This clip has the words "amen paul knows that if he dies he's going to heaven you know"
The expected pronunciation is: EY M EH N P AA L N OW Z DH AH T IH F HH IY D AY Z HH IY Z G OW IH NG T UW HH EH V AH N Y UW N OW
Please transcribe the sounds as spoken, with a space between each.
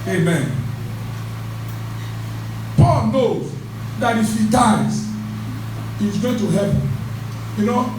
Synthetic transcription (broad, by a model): EY M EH N P AA L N OW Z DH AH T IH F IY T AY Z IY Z G OW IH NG T UW HH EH P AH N Y UW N OW